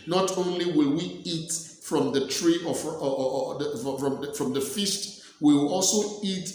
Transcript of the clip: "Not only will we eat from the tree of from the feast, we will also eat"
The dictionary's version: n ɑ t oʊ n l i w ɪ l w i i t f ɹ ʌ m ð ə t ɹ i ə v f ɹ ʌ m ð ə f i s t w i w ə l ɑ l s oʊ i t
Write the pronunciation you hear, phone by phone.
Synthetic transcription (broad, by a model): n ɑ t oʊ n l i w ɪ l w i i t f ɹ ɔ m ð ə t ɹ i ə f f ɹ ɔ m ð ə f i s t w i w ɑ l s oʊ i t